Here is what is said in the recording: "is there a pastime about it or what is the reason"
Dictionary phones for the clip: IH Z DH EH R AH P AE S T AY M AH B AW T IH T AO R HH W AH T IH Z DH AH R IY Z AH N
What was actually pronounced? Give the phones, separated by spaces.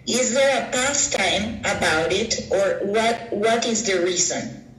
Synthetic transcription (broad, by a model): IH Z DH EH R AH P AE S T AY M AH B AW T IH T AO R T W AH T IH Z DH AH R IY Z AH N